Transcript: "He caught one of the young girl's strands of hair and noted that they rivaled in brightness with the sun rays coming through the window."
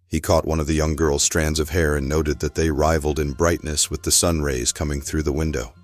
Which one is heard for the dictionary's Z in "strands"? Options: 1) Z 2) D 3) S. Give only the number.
1